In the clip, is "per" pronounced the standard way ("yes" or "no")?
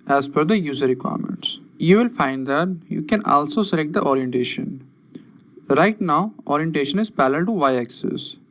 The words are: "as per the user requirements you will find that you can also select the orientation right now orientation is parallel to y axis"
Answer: no